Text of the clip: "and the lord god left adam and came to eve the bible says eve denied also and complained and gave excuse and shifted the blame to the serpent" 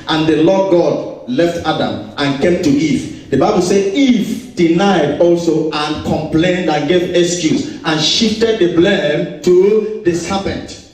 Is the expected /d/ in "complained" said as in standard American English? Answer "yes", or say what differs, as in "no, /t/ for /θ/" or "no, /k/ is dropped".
yes